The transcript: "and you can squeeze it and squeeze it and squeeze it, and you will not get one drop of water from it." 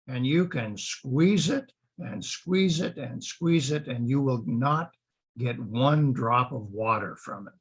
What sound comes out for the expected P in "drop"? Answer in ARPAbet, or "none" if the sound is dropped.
P